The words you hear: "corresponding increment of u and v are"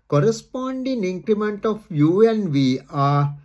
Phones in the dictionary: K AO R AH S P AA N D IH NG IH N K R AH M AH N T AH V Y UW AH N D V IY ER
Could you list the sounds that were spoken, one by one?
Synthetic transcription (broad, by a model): K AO R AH S P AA N D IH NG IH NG K R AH M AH N T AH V Y UW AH N V IY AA